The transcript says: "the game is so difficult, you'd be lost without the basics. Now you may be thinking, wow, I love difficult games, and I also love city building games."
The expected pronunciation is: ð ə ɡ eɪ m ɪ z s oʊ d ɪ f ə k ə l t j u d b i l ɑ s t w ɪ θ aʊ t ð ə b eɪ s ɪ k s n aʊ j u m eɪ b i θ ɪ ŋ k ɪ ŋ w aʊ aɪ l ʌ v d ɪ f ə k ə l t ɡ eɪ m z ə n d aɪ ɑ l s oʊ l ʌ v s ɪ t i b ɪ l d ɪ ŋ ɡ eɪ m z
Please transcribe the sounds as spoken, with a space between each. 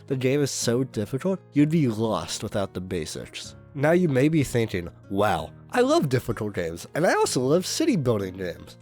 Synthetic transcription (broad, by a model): ð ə ɡ eɪ m ɪ z s oʊ d ɪ f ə k l t j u d b i l ɑ s t w ɪ θ aʊ t ð ə b eɪ s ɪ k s n aʊ j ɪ m eɪ b i θ ɪ ŋ k ɪ ŋ w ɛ aɪ l ʌ v d ɪ f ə k l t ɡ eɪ m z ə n aɪ ɑ l s oʊ l ʌ v s ɪ t i b ɪ l d ɪ ŋ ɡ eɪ m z